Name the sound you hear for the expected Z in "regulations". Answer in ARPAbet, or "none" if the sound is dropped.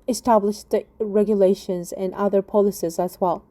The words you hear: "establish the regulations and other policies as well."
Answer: Z